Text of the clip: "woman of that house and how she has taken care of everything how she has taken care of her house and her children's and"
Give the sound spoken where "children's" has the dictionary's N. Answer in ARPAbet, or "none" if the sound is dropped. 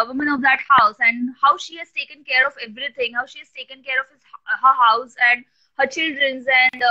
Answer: N